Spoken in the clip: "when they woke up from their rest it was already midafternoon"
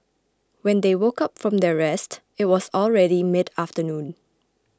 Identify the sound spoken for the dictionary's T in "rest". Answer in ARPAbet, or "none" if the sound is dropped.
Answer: T